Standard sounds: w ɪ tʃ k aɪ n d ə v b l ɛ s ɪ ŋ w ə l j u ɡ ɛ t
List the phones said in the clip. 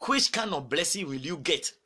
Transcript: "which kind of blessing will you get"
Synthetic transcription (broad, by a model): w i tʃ k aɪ n ə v b l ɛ s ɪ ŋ w ə l j u ɡ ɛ t